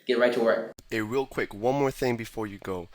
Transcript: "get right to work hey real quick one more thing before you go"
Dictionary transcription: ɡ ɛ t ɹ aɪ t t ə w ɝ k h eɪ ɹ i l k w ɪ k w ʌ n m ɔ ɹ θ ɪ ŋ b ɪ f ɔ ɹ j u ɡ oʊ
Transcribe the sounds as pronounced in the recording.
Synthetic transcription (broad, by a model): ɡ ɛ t ɹ aɪ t t ə w ɝ k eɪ ɹ i l k w ɪ k w ʌ n m ɔ ɹ θ ɪ ŋ b ɪ f ɔ ɹ j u ɡ oʊ